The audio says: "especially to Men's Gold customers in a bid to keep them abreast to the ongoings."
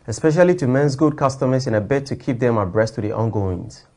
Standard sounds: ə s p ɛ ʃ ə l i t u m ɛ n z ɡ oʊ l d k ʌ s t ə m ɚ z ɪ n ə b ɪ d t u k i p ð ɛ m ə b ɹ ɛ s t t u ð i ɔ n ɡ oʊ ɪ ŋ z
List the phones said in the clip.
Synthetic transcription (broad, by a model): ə s p ɛ ʃ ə l i t u m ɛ n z ɡ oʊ d k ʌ s t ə m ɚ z ɪ n ə b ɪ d t u k i p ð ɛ m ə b ɹ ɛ s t t u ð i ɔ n ɡ oʊ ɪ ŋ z